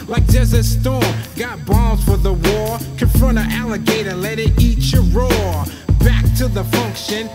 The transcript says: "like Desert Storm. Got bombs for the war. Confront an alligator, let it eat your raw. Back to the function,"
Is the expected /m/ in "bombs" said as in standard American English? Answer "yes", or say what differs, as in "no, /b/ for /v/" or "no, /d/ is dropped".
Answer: no, /m/ is dropped